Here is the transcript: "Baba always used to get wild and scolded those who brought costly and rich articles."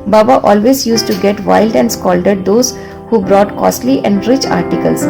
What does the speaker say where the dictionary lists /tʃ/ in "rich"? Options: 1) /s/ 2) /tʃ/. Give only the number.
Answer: 2